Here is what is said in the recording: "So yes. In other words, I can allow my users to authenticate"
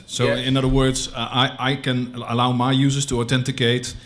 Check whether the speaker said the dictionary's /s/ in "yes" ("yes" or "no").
no